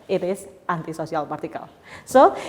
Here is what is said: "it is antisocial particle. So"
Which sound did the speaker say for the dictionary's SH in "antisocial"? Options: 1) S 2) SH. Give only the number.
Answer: 1